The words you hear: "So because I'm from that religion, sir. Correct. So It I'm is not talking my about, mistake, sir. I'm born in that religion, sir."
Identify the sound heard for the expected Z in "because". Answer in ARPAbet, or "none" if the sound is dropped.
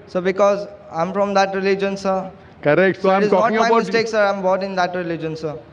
Z